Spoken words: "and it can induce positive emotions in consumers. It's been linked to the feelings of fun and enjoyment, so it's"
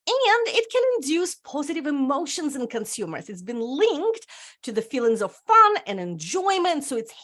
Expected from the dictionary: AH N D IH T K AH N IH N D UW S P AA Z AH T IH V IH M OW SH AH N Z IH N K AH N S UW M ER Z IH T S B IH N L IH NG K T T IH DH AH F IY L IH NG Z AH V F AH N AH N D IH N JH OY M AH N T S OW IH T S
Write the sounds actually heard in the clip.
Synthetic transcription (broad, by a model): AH N D IH T K AH N IH N D UW S P AA Z AH T IH V IH M OW SH AH N Z IH N K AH N S UW M ER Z IH T S B IH N L IH NG K T T IH DH AH F IY L IH NG Z AH V F AH N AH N IH N JH OY M AH N T S OW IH T S